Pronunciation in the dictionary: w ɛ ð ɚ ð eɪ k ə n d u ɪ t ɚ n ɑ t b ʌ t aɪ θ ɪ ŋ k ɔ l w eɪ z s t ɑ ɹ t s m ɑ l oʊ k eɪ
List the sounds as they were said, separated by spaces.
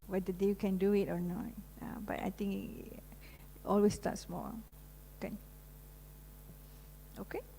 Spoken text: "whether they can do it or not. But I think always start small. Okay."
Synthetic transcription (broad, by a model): w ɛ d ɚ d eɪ k ə n d u ɪ t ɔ n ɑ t b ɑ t aɪ t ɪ ŋ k ɔ l w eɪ s t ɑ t s m ɑ n oʊ k eɪ